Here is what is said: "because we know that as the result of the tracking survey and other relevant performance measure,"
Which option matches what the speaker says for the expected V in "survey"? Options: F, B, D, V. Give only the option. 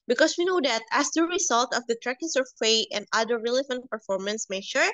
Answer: F